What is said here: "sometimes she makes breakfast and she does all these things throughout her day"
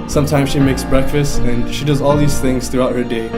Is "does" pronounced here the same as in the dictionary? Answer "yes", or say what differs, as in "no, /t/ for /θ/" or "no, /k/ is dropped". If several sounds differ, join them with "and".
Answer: yes